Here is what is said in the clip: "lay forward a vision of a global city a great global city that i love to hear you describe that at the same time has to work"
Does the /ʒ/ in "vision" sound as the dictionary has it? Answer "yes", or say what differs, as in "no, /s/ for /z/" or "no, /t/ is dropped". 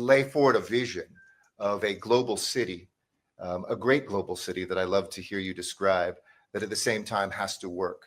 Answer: yes